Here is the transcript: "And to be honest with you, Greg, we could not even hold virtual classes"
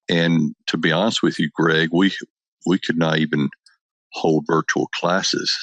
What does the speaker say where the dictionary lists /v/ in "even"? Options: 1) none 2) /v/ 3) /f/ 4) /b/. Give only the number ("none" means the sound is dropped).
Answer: 2